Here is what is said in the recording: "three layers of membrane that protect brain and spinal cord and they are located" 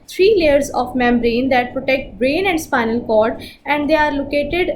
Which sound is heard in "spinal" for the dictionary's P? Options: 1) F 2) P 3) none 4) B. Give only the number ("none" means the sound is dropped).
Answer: 2